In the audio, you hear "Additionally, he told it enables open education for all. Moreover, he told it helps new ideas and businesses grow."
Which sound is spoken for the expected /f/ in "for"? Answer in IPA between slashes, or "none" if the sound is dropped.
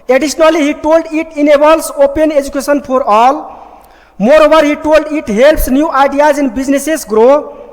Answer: /p/